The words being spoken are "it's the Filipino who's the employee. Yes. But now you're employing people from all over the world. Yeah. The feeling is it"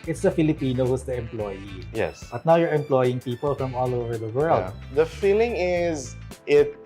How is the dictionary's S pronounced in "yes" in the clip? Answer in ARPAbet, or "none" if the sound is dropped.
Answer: S